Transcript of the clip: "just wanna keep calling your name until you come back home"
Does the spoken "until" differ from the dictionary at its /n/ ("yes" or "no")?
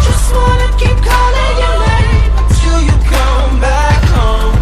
yes